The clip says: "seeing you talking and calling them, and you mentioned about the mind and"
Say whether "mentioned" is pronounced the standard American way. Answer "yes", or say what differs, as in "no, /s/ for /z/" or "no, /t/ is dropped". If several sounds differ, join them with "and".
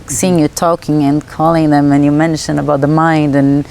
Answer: no, /d/ is dropped